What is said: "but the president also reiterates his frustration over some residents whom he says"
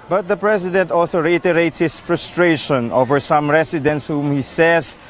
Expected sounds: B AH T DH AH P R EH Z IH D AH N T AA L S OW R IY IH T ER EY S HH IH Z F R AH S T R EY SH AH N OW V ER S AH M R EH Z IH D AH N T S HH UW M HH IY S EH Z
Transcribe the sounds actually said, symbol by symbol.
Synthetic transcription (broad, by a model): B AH T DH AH P R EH S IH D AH N T AA L S OW R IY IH T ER EY S HH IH S F R AH S T R EY SH AH N OW V ER S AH M R EH S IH D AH N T S HH UW M HH IY S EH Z